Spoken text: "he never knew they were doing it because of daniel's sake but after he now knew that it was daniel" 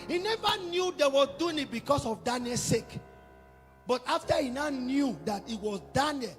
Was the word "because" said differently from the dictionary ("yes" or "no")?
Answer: yes